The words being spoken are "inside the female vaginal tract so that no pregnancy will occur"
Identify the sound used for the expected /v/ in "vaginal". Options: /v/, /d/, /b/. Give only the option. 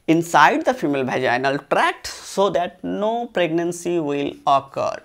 /b/